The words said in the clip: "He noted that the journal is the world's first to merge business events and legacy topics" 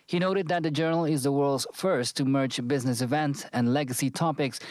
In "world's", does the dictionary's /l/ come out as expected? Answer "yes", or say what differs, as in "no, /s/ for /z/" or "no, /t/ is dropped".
yes